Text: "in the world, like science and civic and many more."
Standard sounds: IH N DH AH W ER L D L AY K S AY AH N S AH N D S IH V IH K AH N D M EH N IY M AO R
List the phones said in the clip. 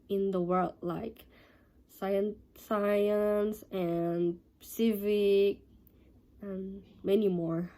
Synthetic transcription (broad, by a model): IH N DH AH W ER L D L AY K S AY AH N S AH N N S IH V IH K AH N M EH N IY M AO R